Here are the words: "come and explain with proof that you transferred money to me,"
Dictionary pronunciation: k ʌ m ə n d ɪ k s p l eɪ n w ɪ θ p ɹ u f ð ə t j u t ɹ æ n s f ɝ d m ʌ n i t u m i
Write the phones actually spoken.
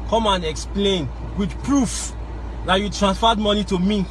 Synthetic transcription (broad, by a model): k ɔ m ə n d ɪ k s p l eɪ n w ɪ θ p ɹ u f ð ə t j u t ɹ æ n s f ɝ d m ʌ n i t u m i